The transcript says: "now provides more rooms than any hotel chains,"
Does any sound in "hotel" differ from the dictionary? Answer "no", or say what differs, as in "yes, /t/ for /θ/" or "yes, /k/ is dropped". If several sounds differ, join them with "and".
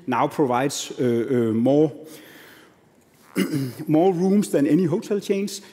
yes, /s/ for /t/